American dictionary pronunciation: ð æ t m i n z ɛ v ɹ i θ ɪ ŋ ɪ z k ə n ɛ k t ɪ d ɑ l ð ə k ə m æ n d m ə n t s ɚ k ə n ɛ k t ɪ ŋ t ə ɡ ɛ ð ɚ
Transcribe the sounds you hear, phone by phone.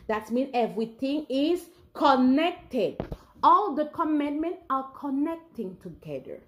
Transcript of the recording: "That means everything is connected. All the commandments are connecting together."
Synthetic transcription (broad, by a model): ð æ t m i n ɛ v ɹ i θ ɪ ŋ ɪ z k ə n ɛ k t ɪ d ɑ l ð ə k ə m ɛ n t m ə n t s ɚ k ə n ɛ k t ɪ ŋ t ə ɡ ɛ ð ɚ